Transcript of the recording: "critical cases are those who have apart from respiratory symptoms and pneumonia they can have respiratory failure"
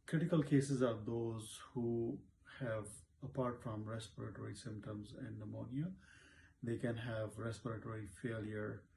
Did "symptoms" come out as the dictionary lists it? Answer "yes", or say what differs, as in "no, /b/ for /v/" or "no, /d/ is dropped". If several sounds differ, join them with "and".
yes